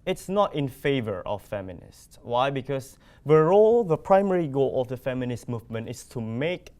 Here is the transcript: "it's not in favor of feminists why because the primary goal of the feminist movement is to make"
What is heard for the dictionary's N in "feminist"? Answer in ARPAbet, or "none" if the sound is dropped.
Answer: N